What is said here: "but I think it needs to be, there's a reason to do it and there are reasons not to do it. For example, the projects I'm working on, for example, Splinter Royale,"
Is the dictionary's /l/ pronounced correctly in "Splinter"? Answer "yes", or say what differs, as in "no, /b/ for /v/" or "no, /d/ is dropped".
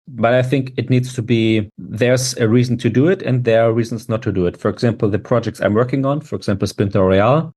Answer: no, /l/ is dropped